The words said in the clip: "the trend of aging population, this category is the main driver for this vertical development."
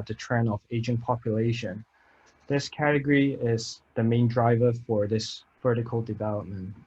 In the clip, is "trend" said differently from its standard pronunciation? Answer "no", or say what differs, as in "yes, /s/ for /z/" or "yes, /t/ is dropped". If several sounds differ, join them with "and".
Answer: yes, /d/ is dropped